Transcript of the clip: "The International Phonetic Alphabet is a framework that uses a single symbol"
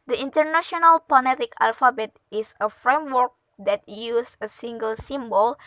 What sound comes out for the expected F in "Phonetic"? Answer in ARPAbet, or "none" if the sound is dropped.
P